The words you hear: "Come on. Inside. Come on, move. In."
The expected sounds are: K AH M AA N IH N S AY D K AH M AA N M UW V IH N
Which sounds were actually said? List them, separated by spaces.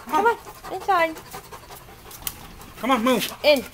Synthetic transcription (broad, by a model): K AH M AA N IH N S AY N K AH M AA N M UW IH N